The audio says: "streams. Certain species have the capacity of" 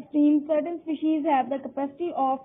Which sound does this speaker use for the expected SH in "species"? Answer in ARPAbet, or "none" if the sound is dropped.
SH